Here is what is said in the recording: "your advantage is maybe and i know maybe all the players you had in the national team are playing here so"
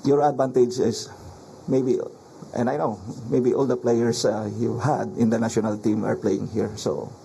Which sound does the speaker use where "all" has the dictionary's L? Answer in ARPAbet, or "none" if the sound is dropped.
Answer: L